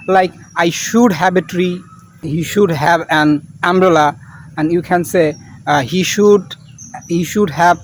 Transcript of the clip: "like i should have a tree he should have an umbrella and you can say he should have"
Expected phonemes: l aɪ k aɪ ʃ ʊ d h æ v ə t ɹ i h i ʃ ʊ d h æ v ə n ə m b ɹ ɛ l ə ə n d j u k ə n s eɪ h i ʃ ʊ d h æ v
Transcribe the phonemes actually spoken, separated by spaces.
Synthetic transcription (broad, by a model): l aɪ k aɪ ʃ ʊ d h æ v ə t ɹ i h i ʃ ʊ d h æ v ə n ə m b ɹ ɛ l ə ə n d j u k ə n s eɪ h i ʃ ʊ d h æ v